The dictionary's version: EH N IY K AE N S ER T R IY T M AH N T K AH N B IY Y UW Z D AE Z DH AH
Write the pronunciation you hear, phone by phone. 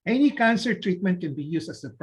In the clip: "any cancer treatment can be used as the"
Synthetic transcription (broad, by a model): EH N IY K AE N S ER T R IY T M AH N T K AH N B IY Y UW S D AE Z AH